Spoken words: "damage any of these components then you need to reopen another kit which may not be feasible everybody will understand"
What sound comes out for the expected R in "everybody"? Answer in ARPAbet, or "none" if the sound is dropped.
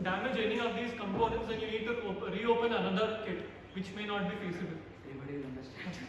none